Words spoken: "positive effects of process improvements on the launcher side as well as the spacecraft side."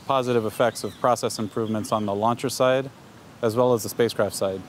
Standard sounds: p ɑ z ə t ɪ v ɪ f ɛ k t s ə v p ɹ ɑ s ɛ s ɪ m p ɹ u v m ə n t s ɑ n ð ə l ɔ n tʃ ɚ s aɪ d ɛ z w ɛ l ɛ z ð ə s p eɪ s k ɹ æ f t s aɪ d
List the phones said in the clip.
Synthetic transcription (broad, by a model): p ɑ z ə t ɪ v ɪ f ɛ k t s ə v p ɹ ɑ s ɛ s ɪ m p ɹ u v m ə n t s n ð ə l ɔ n tʃ ɚ s aɪ d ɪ z w ɛ l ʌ z ð ə s p eɪ s k ɹ æ f t s aɪ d